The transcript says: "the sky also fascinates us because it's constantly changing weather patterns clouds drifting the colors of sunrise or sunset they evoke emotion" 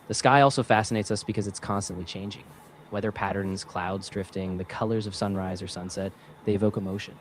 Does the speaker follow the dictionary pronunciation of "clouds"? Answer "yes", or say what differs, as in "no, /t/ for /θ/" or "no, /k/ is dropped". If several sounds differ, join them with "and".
yes